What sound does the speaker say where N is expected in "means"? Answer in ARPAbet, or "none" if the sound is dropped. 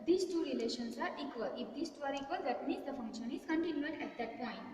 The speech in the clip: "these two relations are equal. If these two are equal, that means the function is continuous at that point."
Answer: none